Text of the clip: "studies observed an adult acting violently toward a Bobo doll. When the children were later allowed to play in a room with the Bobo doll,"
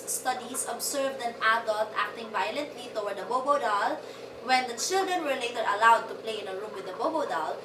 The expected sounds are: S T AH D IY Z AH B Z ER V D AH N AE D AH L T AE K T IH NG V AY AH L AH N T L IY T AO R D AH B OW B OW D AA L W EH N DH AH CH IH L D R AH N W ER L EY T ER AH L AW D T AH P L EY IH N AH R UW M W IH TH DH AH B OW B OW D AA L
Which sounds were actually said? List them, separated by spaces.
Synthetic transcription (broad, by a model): S T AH D IY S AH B S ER V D AH N AE D AH L T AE K T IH NG V AY AH L AH N T L IY T AO W D AH B OW B OW D AA L W EH N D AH CH IH L D R AH N W ER L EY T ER AH L AW D T AH P L EY IH N AH R UW M W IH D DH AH B OW B OW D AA L